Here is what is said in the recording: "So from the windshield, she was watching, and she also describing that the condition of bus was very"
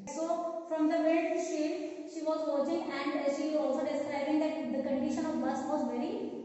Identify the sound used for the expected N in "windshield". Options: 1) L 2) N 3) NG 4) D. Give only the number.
1